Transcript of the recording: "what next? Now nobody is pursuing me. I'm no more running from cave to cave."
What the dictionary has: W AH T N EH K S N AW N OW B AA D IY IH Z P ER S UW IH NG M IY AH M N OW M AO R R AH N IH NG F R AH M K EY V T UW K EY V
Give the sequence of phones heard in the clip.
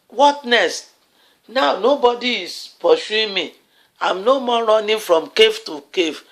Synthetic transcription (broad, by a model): W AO T N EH S N AW N OW B AA D IY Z P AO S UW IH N M IY AH M N OW M AO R R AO N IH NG F R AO M K EY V T UW K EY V